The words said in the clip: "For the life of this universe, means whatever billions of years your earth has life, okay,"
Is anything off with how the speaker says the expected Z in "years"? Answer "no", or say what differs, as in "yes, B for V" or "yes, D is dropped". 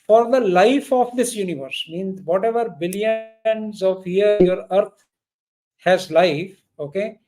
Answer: yes, Z is dropped